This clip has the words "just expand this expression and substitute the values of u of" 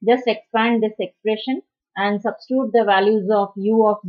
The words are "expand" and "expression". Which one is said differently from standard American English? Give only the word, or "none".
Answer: none